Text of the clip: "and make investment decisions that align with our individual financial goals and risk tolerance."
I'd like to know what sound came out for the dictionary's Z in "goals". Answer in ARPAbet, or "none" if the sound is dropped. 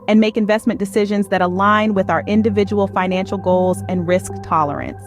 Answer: Z